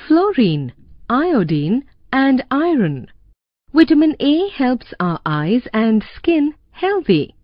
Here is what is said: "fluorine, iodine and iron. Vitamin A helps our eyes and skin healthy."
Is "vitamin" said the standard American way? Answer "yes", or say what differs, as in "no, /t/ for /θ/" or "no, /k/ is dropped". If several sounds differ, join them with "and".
no, /w/ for /v/